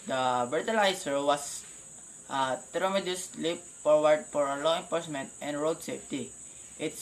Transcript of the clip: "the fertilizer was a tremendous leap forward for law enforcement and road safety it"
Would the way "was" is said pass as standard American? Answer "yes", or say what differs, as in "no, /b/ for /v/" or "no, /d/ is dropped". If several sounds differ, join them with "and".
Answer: no, /s/ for /z/